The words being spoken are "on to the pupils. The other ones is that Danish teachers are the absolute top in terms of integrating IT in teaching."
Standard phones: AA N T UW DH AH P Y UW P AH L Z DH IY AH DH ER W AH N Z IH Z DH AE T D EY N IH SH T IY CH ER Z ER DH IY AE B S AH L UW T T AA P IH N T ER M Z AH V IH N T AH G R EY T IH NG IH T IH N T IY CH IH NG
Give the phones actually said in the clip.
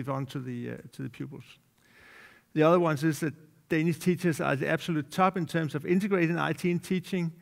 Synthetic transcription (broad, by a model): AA N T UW DH AH P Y UW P L S DH IY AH DH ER W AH N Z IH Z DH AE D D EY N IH S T IY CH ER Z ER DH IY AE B S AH L UW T S AA B IH N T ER M S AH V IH N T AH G R EY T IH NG IH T IH N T IY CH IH NG